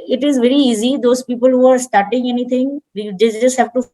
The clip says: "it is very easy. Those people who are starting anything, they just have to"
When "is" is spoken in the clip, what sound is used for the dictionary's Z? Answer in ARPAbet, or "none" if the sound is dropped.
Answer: Z